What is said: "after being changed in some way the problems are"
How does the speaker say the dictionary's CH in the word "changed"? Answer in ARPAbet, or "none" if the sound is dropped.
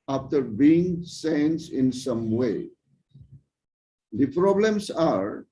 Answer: S